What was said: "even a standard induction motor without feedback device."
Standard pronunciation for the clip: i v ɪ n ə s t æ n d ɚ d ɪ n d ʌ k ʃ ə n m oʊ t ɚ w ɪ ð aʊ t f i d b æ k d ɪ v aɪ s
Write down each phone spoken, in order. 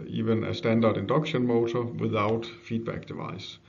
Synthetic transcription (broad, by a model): i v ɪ n ə s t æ n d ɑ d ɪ n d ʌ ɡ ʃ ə n m oʊ s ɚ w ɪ ð aʊ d f i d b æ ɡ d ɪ v aɪ s